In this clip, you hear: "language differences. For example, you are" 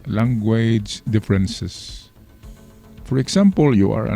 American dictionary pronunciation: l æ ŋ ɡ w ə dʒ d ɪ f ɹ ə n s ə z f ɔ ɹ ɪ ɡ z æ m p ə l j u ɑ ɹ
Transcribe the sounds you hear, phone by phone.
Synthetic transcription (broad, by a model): l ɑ ŋ ɡ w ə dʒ d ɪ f ɹ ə n s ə s f ɔ ɹ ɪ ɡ s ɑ m p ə l j u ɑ ɹ